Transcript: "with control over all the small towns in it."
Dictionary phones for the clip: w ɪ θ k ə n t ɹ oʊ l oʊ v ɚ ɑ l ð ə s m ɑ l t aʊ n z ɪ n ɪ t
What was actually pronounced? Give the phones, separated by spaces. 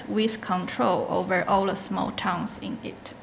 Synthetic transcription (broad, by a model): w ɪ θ k ə n t ɹ oʊ l oʊ v ɚ ɑ l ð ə s m ɑ l t aʊ n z ɪ n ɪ t